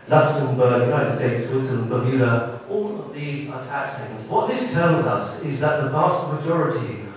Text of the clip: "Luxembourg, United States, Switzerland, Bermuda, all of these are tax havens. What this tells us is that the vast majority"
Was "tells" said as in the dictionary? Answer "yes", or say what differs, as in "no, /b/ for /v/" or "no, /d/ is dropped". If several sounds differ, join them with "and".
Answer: yes